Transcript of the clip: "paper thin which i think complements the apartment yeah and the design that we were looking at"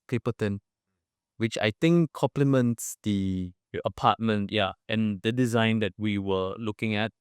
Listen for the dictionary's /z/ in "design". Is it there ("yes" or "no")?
yes